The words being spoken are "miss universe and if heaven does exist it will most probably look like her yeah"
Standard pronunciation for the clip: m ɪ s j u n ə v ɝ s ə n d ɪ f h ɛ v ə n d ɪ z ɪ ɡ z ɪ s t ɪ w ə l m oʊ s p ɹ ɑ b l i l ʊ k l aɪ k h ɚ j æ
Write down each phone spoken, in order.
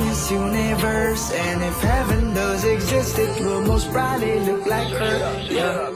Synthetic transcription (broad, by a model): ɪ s j u n ə v ɝ s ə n ɪ f h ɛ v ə n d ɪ z ɪ ɡ z ɪ s t ɪ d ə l m oʊ s b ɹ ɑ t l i l ʊ k l aɪ k h ɚ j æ